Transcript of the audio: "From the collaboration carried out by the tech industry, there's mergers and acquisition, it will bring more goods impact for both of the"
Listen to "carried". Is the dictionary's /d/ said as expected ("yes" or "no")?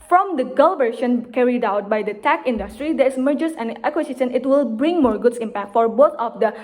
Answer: yes